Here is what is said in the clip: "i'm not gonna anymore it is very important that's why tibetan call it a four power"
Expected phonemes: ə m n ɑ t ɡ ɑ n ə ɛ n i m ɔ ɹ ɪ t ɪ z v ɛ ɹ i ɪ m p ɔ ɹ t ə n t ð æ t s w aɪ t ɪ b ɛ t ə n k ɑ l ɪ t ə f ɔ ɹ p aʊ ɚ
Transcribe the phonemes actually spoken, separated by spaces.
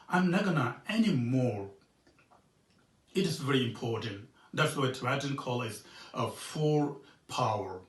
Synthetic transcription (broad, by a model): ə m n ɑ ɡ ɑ n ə ɛ n i m ɔ ɹ ɪ t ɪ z v ɛ ɹ i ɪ m p ɔ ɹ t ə n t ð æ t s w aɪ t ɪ ɛ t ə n k ɑ l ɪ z ə f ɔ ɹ p aʊ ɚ